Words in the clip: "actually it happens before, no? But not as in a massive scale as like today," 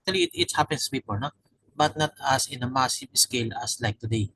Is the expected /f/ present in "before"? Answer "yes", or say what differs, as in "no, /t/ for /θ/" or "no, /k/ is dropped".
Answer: no, /p/ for /f/